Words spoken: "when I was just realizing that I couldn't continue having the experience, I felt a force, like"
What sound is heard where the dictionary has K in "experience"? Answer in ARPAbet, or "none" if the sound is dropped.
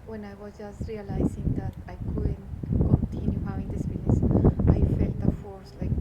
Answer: none